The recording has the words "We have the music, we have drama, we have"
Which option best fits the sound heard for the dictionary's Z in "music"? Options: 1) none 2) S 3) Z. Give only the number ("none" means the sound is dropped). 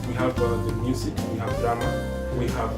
2